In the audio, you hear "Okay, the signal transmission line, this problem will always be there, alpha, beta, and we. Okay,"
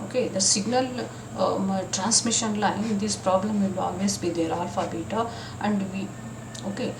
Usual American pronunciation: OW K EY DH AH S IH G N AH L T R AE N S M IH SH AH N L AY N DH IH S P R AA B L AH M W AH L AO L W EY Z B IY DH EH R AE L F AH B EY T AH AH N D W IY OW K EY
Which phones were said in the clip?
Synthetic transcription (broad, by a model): OW K EY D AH S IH G N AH L T R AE N S M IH SH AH N L AY N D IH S P R AA B L AH M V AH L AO L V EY S B IY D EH R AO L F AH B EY T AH AH N D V IY OW K EY